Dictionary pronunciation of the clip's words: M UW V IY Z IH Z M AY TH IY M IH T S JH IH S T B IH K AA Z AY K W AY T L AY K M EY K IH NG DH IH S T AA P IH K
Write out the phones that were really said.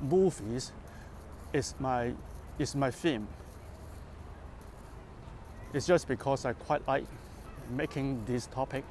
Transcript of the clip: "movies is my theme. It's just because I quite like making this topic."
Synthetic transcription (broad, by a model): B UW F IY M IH S M AY F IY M IH T S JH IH S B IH K AA S AY K W AY T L AY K M EY K IH NG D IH S T AA P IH K